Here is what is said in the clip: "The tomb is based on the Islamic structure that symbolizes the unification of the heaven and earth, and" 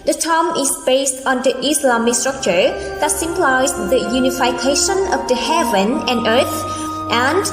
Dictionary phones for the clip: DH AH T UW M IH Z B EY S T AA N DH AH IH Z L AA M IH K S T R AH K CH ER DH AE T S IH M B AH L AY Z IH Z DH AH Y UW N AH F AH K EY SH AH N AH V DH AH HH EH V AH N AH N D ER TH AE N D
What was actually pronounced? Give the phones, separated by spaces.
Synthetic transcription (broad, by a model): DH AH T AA M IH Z B EY S T AA N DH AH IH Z L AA M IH K S T R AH K CH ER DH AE T S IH M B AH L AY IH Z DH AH Y UW N AH F AH K EY SH AH N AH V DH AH HH EH V AH N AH N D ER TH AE N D